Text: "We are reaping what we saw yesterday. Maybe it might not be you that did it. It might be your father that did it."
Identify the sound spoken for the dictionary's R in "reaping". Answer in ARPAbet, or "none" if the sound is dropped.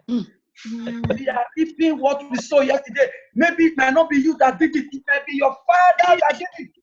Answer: L